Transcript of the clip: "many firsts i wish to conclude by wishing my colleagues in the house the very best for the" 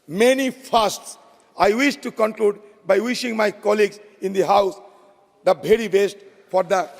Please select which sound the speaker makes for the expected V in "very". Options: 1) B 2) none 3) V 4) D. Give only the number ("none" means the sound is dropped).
1